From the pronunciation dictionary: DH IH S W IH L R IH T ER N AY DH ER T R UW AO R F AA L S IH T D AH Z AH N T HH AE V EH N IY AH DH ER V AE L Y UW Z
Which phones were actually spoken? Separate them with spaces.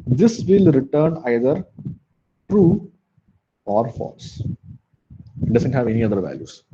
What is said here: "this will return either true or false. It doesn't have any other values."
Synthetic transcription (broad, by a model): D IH S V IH L R IH T ER N AY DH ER T R UW AO R F AA L S IH T D AH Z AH N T HH AE V EH N IY AH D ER V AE L Y UW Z